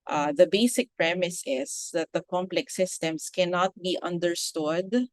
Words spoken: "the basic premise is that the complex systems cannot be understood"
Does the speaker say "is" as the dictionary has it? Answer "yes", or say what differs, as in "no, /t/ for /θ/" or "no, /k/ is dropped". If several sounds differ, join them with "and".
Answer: no, /s/ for /z/